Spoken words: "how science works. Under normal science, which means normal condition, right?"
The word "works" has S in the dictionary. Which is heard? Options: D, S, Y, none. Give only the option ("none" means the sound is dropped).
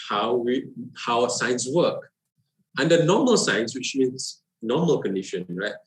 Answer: none